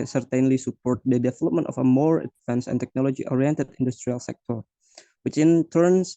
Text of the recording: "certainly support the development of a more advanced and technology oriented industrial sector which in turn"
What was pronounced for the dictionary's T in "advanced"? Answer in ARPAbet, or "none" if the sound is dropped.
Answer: none